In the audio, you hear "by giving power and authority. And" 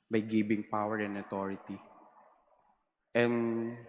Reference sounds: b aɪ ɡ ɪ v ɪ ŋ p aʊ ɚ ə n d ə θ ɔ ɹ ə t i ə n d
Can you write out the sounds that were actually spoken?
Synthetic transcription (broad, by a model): b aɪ ɡ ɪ b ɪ ŋ p aʊ ɚ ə n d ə t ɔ ɹ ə t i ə n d